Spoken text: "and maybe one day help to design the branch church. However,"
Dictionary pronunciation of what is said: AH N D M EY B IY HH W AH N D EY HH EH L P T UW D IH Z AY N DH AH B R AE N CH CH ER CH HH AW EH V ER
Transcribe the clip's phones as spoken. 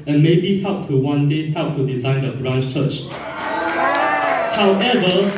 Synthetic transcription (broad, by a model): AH N M EY B IY HH W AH N D EY HH EH L P T UW D IH Z AY N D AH B R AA N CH CH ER CH HH AW EH V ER